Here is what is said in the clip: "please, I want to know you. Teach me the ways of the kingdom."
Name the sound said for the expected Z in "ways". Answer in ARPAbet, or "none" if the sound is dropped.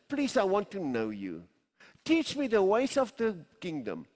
S